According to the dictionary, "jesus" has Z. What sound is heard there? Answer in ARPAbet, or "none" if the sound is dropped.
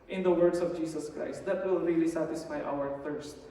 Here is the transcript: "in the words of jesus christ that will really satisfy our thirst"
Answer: S